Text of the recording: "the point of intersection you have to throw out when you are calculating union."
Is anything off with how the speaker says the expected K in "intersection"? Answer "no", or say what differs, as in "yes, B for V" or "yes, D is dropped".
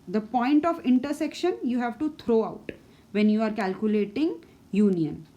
no